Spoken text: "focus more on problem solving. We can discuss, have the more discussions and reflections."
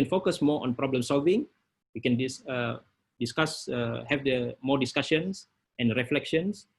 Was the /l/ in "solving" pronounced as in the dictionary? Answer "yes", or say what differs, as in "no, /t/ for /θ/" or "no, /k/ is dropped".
yes